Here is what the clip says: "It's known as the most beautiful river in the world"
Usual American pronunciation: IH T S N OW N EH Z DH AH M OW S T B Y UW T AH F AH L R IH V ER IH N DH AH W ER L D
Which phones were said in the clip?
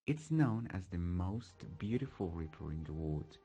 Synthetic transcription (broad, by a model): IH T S N OW N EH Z DH AH M OW S T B Y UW T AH F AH L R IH P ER IH N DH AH W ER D